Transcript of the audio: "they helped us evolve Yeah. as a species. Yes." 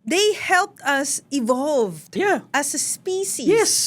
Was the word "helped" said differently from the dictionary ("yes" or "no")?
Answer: no